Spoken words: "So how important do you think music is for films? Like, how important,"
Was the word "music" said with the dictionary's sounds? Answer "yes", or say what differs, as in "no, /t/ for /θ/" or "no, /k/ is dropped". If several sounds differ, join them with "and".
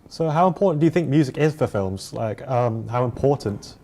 yes